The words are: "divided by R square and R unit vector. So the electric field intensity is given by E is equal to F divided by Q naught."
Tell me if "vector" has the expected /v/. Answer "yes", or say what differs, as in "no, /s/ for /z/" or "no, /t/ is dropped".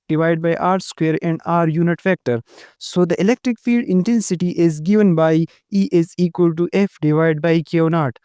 no, /f/ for /v/